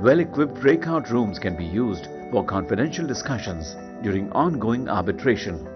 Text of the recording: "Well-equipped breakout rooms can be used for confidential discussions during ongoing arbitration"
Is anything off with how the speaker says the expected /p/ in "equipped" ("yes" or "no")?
no